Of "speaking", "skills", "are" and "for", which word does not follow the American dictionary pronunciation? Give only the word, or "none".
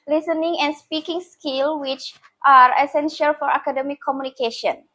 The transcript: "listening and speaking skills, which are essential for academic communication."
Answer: skills